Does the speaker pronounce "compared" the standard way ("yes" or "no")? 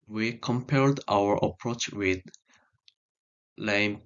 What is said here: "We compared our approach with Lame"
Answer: no